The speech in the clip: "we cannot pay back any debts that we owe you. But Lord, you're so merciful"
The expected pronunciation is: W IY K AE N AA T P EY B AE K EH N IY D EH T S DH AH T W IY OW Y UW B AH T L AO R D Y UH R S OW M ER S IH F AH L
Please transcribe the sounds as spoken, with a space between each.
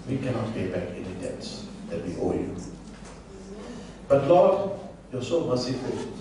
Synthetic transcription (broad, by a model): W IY K AE N AA T F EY B AE K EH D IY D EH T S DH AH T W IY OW Y UW B AH T L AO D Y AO S OW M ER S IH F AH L